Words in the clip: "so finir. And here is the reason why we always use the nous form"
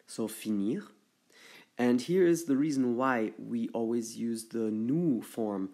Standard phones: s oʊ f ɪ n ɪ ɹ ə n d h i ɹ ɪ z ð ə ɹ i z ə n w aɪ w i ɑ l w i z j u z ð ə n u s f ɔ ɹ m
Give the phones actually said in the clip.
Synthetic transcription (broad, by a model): s oʊ f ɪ n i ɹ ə n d h i ɹ ɪ z ð ə ɹ i z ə n w aɪ w i ɑ l w i z j u z ð ə n u f ɔ ɹ m